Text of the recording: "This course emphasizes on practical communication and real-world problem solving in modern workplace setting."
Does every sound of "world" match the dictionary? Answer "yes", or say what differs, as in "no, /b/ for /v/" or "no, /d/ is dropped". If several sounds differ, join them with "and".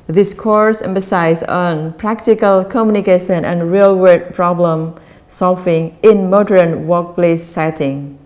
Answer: no, /l/ is dropped